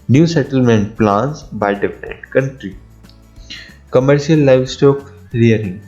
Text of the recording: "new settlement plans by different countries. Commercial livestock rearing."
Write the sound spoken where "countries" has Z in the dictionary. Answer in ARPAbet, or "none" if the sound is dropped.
none